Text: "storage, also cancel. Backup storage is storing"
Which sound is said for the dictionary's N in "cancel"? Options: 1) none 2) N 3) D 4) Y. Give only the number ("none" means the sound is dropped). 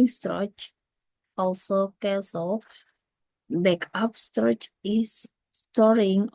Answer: 1